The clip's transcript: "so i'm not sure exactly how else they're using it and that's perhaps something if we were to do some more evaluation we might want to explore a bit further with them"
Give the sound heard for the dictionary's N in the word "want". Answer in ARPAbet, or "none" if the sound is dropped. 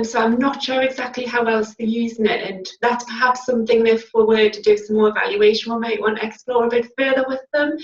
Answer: none